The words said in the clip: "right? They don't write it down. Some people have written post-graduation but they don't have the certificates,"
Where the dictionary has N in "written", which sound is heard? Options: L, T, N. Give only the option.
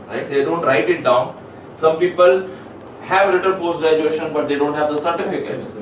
L